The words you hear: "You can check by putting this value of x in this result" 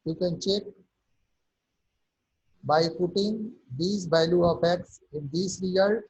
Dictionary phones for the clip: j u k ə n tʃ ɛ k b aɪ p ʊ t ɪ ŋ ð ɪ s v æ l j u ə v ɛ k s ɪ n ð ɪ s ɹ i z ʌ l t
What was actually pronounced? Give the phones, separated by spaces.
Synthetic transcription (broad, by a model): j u k ə n tʃ ɛ k b aɪ p ʊ t ɪ ŋ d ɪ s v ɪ l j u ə p ɛ k s ɪ n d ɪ s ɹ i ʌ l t